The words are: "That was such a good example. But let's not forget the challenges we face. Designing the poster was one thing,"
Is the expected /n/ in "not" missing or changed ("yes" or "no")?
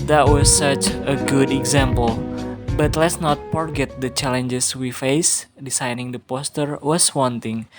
no